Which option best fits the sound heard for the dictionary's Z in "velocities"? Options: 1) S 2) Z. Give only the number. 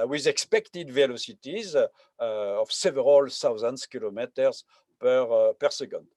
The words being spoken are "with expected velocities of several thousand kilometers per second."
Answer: 2